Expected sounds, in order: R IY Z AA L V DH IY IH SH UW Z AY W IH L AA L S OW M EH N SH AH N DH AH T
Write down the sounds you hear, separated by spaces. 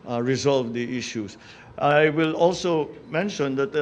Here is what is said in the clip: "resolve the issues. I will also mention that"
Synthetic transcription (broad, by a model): R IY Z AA L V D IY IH SH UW S AY W IH L AA L S OW M EH N SH AH N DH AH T